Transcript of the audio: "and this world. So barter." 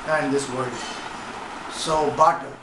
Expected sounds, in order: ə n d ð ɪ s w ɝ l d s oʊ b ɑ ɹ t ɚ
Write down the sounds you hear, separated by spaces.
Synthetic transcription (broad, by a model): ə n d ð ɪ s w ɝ d s oʊ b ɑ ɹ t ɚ